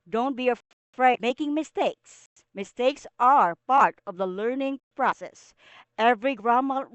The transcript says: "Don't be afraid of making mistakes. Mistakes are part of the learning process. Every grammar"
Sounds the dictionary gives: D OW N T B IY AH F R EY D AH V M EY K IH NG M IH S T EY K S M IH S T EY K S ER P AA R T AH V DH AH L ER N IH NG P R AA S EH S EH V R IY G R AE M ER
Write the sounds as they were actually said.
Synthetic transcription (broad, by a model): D OW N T B IY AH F R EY AH M EY K IH NG M IH S T EY K S M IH S T EY K S ER P AA R T AH V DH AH L ER N IH NG P R AA S EH S EH V R IY G R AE M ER